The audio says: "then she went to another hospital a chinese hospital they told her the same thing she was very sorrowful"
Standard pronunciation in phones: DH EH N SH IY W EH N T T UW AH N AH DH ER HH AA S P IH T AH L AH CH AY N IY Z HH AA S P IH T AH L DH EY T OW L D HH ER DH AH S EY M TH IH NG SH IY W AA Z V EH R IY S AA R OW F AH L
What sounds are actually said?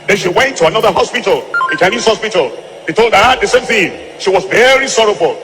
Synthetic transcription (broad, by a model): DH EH N SH IY W EH N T T UW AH N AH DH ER HH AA S P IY T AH L AH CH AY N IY S HH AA S P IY T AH L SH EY T OW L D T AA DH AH S EY M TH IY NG SH IY W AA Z V EH R IY S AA R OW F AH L